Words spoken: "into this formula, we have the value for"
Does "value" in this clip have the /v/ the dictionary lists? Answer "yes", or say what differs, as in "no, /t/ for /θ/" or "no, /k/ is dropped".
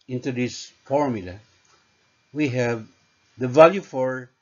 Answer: yes